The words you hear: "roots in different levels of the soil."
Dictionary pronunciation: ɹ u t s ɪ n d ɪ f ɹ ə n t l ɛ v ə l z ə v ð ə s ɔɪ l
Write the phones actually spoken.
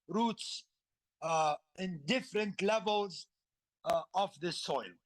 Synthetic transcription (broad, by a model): ɹ u t s ɪ n d ɪ f ɹ ə n t l ɛ v ə l z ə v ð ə s ɔɪ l